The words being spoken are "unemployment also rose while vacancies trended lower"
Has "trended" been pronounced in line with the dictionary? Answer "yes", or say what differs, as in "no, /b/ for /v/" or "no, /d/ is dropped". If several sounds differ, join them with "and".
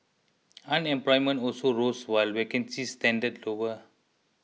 no, /ɹ/ is dropped